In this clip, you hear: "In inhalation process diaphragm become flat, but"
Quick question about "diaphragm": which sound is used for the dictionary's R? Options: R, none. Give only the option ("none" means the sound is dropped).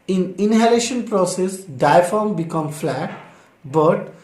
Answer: none